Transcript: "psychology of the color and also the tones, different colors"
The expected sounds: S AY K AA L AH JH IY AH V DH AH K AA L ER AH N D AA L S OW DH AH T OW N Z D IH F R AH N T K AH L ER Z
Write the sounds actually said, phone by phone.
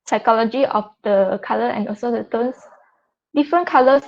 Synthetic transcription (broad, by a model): S AY K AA L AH JH IY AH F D AH K AA L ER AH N AA L S OW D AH T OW N S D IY F R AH N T K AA L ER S